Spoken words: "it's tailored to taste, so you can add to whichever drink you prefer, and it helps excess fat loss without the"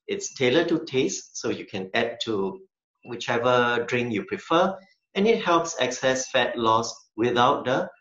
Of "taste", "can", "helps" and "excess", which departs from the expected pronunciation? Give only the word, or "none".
none